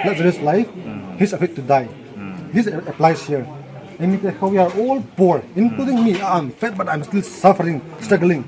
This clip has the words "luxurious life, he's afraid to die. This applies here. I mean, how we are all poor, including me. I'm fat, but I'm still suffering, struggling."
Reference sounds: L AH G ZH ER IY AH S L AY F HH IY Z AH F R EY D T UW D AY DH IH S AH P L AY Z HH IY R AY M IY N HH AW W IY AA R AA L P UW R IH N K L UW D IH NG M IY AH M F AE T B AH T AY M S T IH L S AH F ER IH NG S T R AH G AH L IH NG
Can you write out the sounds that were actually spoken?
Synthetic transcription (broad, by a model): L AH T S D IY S L AY F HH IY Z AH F EY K T UW D AY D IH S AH P L AY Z HH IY R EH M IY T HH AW W IY AA R AA L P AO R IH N K L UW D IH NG M IY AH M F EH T B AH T AY M S T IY L S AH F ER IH NG S T R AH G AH L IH NG